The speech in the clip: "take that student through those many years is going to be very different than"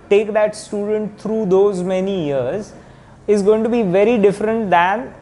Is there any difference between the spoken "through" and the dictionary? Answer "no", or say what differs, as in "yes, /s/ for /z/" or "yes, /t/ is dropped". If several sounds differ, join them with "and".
yes, /t/ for /θ/